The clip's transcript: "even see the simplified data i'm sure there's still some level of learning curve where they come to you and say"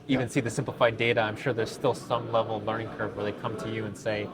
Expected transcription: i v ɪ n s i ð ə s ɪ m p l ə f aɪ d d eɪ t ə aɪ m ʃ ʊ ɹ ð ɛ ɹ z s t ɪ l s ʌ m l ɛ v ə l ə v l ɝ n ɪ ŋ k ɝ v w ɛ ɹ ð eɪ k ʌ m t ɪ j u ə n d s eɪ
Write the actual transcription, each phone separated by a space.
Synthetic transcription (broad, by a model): i v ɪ n s i ð ə s ɪ m p l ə f aɪ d d eɪ t ə aɪ m ʃ ʊ ɹ ð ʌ ɹ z s t ɪ l s ʌ m l ɛ v l l ɝ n ɪ ŋ k ɝ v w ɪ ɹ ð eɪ k ʌ m t ɪ j u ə n s eɪ